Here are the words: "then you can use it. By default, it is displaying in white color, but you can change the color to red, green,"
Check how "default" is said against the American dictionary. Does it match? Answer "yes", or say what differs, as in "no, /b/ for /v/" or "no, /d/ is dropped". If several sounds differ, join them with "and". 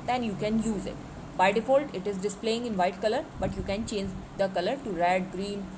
yes